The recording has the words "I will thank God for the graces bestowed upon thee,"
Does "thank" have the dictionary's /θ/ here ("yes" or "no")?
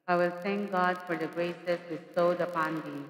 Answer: no